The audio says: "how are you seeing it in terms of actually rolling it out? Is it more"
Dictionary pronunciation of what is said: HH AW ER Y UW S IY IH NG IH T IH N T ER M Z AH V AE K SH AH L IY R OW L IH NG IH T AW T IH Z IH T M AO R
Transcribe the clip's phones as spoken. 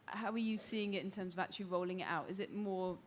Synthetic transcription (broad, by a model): HH AW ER Y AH S IY IH NG IH T IH N T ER M Z AH V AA K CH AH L IY R OW L IH NG IH T AW T IH Z IH T M AO